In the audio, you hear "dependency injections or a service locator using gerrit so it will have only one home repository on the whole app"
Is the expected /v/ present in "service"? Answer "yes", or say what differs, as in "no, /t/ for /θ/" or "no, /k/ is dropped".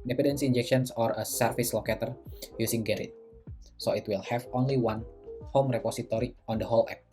no, /f/ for /v/